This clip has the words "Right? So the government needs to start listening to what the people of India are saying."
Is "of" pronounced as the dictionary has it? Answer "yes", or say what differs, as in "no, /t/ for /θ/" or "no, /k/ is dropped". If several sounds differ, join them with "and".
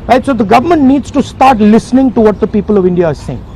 yes